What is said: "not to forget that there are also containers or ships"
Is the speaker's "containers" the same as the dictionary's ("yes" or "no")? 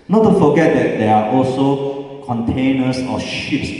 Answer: no